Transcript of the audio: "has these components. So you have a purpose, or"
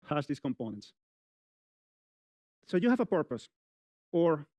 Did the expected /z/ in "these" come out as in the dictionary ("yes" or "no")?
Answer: no